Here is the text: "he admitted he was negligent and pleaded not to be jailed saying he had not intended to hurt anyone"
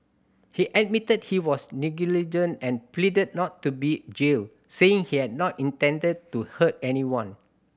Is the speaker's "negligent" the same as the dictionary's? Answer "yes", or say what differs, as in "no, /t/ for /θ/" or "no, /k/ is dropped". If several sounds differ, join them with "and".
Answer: no, /t/ is dropped